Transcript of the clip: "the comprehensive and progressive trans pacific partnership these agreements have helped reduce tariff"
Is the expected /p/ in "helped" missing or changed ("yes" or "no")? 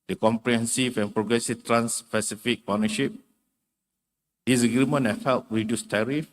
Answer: yes